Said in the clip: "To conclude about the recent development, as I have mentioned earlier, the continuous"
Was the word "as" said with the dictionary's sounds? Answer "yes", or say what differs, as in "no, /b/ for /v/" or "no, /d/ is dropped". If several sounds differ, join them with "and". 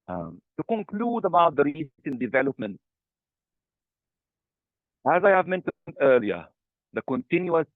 yes